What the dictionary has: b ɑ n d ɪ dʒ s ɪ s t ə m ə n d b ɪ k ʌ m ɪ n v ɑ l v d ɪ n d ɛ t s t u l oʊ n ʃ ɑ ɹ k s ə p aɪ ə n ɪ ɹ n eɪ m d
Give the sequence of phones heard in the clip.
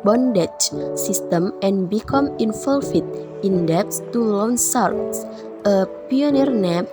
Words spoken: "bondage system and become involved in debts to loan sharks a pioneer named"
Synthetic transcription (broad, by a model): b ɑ n d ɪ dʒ s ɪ s t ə m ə n b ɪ k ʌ m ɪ n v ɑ l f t ɪ n d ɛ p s t u l oʊ n s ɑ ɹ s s ə p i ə n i ɹ n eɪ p